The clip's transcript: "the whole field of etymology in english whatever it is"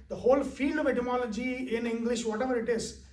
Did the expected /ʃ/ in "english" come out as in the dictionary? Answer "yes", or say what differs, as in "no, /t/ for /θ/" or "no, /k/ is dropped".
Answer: yes